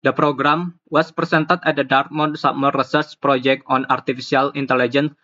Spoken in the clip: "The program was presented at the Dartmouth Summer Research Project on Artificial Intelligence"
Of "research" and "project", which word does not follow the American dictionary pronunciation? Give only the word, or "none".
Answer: research